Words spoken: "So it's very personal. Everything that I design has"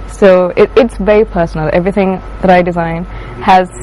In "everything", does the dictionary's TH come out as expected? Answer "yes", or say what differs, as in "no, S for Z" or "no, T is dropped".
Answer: yes